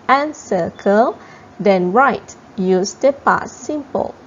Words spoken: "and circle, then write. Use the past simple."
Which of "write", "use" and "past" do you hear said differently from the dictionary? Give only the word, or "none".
past